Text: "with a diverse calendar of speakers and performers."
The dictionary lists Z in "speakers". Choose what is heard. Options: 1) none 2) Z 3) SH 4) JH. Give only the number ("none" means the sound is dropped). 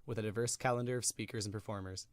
2